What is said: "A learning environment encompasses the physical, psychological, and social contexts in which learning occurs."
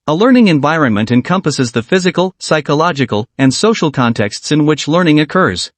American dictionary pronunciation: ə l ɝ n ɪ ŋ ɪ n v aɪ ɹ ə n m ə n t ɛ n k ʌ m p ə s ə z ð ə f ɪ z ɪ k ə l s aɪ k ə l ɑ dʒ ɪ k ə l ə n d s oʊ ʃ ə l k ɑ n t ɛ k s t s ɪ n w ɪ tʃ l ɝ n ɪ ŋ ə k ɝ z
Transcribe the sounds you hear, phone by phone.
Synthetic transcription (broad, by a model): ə l ɝ n ɪ ŋ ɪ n v aɪ ɹ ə n m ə n t ɛ n k ʌ m p ə s ə z ð ə f ɪ z ɪ k ə l s aɪ k ə l ɑ dʒ ɪ k ə l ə n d s oʊ ʃ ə l k ɑ n t ɛ k s t s ɪ n w ɪ tʃ l ɝ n ɪ ŋ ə k ɝ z